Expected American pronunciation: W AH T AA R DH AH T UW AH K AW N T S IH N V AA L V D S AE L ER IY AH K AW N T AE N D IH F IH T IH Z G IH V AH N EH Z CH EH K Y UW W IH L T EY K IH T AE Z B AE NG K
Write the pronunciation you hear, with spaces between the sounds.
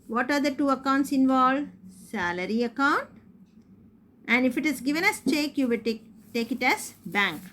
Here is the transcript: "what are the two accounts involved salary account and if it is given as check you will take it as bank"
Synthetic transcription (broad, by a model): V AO T AA R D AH T UW AH K AW N T S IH N V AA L S AE L ER IY AH K AW N T AE N D IH F IH T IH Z G IH V AH N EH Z CH EH K Y UW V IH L T EY K IH T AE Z B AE NG K